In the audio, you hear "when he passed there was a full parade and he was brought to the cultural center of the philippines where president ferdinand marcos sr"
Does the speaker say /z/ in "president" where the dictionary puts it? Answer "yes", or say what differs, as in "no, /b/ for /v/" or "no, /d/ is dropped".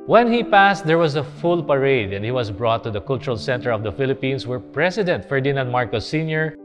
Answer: no, /s/ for /z/